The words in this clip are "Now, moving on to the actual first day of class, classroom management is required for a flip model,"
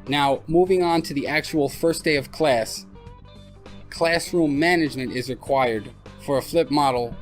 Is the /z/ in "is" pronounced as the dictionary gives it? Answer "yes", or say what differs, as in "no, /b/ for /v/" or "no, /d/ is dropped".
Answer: yes